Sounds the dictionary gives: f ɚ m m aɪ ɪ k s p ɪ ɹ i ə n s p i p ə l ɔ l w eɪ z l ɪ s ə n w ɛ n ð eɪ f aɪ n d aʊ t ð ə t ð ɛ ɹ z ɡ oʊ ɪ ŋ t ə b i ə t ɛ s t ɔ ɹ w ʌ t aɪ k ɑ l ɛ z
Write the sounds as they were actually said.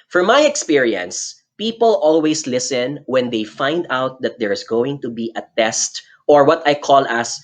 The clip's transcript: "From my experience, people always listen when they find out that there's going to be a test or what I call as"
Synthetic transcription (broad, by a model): f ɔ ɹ m aɪ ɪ k s p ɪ ɹ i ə n s p i p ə l ɔ l w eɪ s l ɪ s ə n w ɛ n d eɪ f aɪ n d aʊ t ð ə t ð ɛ ɹ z ɡ oʊ ɪ ŋ t ə b i ə t ɛ s t ɔ ɹ w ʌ t aɪ k ɑ l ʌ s